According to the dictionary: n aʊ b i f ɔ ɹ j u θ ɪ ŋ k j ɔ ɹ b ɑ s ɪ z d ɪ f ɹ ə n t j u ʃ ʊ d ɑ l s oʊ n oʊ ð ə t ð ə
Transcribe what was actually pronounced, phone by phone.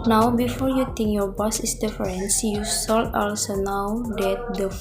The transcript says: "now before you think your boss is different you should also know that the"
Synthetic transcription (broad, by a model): n aʊ b i f ɔ ɹ j u t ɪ ŋ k j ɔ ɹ b ɑ s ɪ s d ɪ f ɹ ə n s j u s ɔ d ɑ l s oʊ n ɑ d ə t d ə